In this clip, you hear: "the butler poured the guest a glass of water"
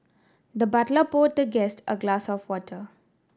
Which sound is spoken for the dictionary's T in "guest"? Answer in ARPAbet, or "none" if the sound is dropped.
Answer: T